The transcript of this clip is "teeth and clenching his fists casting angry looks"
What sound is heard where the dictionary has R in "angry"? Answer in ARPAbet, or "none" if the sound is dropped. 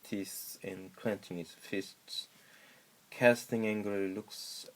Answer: none